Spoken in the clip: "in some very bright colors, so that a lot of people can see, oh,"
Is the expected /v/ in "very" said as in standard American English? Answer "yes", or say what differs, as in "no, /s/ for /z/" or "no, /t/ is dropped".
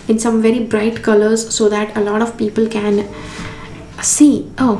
yes